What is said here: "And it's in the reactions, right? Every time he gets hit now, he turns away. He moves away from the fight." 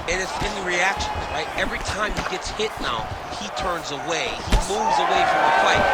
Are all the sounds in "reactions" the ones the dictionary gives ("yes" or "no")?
no